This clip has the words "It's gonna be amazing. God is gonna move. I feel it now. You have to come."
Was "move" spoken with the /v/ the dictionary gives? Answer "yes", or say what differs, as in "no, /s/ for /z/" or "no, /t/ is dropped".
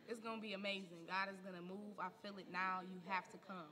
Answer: yes